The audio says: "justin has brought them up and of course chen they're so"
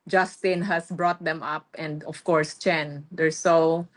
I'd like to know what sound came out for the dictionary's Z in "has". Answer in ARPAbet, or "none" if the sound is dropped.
S